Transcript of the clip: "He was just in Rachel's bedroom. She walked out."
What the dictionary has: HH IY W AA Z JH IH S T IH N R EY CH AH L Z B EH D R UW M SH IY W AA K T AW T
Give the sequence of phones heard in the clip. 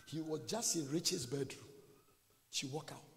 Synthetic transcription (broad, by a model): HH IY W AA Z JH IH S T IH N R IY CH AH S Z B EH D R UW M SH IY W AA K AW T